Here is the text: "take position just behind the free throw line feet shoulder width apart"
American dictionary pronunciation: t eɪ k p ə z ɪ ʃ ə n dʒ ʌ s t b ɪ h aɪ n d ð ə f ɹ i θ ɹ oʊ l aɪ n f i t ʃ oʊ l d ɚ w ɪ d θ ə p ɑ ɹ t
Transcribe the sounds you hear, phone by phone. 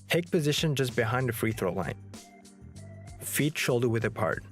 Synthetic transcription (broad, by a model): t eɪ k p ə z ɪ ʃ ə n dʒ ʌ s b ɪ h aɪ n d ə f ɹ i θ ɹ oʊ l aɪ n f i t ʃ oʊ l d ɚ w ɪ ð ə p ɑ ɹ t